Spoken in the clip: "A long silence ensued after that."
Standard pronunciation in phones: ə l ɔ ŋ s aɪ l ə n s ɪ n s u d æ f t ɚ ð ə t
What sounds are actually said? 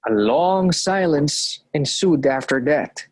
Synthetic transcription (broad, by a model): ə l ɔ ŋ s aɪ l ə n s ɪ n s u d æ f t ɚ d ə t